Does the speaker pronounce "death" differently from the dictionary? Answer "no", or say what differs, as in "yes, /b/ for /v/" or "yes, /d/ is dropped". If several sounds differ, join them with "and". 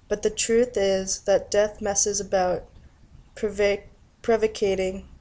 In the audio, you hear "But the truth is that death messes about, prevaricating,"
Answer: no